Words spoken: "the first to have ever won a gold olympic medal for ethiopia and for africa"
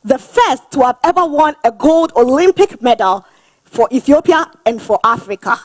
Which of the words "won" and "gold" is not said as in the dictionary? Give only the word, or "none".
none